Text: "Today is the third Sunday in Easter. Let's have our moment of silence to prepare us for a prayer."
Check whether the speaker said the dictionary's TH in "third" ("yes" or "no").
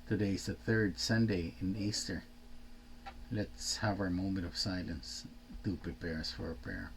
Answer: yes